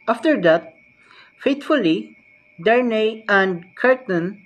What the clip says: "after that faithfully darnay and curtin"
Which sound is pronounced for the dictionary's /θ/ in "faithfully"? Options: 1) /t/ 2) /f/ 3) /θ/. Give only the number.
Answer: 1